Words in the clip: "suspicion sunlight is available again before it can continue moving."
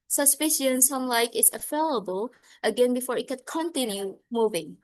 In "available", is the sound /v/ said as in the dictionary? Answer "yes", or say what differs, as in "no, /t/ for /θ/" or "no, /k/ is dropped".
no, /f/ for /v/